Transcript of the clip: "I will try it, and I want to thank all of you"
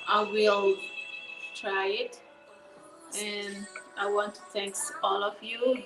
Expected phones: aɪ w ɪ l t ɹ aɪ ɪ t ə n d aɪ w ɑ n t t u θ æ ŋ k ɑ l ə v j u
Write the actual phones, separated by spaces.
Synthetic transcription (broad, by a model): aɪ w ɪ l t ɹ aɪ ɪ t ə n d aɪ w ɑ n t t u θ æ ŋ k ɑ l ə v j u